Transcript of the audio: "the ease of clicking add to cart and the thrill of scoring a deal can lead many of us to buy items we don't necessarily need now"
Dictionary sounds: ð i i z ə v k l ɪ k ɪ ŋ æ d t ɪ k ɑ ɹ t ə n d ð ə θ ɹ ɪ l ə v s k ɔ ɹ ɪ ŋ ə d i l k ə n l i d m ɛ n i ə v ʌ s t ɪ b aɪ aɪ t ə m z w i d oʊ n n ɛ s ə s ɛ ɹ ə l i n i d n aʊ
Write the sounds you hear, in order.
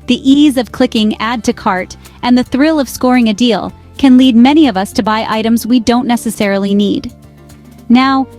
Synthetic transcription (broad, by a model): ð i i z ə v k l ɪ k ɪ ŋ æ d t ɪ k ɑ ɹ t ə n ð ə θ ɹ ɪ l ə v s k ɔ ɹ ɪ ŋ ə d i l k ə n l i d m ɛ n i ə v ʌ s t ɪ b aɪ aɪ t ə m z w i d oʊ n n ɛ s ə s ɛ ɹ l i n i d n aʊ